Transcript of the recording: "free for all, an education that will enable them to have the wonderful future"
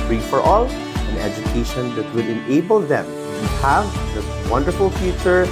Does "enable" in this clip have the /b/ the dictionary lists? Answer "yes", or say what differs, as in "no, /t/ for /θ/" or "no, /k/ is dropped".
yes